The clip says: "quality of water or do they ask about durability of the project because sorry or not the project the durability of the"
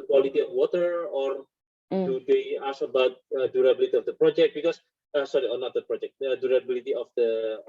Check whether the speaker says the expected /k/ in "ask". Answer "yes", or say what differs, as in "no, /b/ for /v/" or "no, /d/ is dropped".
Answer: no, /k/ is dropped